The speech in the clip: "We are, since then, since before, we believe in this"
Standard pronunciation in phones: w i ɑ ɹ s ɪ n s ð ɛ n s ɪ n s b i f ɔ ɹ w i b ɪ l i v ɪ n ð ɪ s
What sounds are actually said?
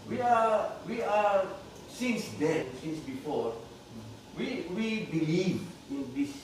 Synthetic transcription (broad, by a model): w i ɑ w s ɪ n s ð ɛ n s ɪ n s b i f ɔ ɹ w i b ɪ l i v ɪ n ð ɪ s